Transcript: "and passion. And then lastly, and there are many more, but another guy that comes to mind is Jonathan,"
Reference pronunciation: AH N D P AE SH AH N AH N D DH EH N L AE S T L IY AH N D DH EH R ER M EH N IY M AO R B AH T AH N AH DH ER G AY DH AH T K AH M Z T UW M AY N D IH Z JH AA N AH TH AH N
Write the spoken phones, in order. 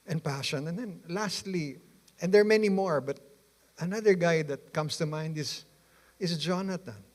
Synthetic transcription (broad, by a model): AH N P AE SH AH N AH N D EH N L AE S T L IY AH N D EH R M EH N IY M AO R B AH T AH N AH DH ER G AY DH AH T K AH M S T UW M AY N D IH S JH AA N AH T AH N